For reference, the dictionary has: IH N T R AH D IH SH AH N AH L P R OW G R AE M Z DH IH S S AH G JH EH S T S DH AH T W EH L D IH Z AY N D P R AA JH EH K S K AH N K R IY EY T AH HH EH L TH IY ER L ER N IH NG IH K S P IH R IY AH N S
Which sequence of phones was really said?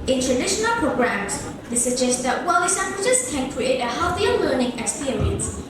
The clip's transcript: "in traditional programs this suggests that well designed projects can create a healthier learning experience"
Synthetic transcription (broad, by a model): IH N T R AH D IH SH AH N AH L P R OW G R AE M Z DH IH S S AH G JH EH S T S DH AH T W EH L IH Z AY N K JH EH S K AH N K R IY EY T AH HH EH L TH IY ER L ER N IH NG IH K S P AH R IY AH N S